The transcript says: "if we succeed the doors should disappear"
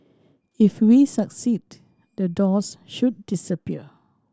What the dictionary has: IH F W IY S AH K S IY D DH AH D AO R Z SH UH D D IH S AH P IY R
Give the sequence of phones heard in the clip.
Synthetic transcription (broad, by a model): IH F W IY S AH K S IY D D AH D AO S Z SH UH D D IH S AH P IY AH